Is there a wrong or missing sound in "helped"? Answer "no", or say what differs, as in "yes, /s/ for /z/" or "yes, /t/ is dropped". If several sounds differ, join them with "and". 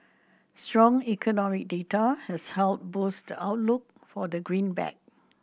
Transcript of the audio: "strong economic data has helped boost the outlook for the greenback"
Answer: yes, /p/ is dropped